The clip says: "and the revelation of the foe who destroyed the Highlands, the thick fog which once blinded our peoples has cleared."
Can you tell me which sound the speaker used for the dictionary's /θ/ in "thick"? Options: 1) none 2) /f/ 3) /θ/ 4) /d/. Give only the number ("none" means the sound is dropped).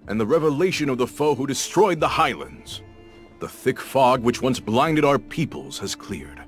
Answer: 3